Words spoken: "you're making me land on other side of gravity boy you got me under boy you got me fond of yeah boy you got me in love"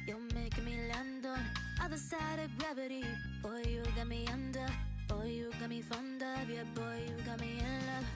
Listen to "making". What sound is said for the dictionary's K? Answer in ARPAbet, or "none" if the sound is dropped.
none